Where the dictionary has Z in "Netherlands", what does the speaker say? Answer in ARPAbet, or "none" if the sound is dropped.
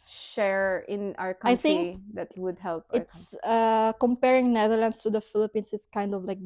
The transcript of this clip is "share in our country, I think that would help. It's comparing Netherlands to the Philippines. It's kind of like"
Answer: S